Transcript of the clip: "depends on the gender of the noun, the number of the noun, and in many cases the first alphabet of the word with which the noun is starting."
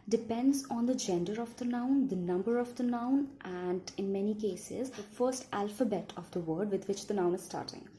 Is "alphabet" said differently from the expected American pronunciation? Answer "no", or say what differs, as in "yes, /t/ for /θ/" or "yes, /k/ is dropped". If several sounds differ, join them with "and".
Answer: no